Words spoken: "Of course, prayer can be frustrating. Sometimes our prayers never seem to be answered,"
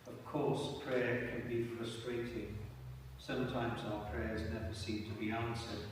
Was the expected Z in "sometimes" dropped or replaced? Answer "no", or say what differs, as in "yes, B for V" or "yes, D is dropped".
no